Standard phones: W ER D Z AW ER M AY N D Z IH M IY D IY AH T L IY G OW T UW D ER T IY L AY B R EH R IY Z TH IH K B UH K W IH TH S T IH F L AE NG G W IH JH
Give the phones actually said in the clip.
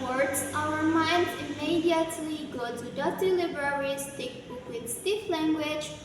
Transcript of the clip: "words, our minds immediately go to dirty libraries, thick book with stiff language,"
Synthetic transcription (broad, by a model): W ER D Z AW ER M AY N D IH M IY D IY AH T L IY G OW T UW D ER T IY L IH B R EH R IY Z T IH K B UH K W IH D S T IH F L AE NG G W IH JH